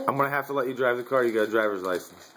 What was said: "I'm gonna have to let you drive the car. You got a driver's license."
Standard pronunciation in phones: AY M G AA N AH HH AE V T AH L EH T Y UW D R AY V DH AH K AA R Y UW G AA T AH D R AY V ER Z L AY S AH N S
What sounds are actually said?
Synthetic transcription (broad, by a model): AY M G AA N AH HH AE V T AH L EH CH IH D R AY V DH AH K AA R Y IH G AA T AH D R AY V ER Z L AY S N S